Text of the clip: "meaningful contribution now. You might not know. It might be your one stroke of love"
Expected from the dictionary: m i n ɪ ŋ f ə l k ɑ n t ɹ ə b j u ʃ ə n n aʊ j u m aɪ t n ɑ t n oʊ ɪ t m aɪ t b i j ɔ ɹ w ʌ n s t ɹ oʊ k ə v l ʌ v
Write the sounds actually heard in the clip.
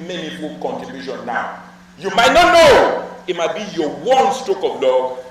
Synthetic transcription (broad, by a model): m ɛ n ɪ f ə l k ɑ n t ə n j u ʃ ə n n aʊ j u m aɪ t n ɑ t n oʊ ɪ t m aɪ t b i j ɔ w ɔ n s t oʊ k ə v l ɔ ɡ